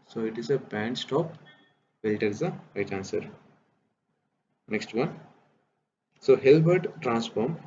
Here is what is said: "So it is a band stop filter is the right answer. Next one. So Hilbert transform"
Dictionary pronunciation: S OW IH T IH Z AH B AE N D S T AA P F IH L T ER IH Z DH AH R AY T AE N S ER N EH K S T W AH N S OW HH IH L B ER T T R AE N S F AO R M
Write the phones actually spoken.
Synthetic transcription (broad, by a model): S OW IH T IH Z AH B AE N D S T AA P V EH L T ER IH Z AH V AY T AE N S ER N EH K S T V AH N S OW HH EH L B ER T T R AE N S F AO R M